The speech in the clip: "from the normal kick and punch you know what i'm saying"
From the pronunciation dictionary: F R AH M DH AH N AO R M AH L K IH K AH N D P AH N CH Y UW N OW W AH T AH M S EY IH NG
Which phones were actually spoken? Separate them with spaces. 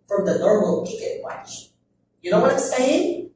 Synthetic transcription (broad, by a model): F R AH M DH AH N AO R M AH L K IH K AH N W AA CH Y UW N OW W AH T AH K S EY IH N